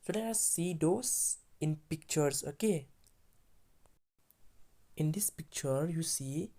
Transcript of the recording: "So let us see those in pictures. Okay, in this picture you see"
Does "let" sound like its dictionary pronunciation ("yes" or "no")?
no